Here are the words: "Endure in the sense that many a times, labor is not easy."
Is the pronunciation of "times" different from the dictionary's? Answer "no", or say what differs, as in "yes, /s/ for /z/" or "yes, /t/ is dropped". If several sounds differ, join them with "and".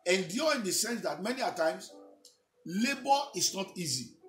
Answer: yes, /s/ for /z/